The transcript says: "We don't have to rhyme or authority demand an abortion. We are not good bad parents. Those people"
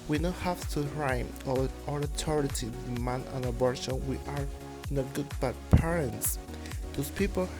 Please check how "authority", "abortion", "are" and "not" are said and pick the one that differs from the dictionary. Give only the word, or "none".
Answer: authority